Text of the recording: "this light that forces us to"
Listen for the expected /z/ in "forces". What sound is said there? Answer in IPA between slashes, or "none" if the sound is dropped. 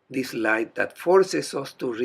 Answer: /s/